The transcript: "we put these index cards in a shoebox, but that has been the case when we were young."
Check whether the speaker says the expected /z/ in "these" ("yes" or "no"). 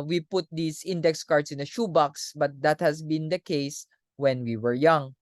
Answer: no